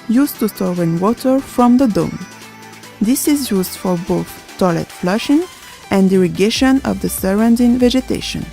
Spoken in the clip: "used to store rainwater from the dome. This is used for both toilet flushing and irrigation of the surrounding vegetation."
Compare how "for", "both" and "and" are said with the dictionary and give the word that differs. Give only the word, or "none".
none